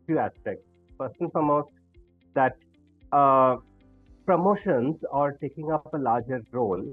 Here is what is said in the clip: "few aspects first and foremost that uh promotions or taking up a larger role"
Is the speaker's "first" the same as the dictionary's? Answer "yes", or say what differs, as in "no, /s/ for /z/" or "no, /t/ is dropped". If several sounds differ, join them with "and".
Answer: no, /p/ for /f/ and /t/ is dropped